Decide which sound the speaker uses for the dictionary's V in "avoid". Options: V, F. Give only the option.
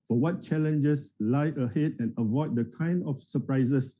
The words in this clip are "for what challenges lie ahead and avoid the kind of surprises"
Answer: V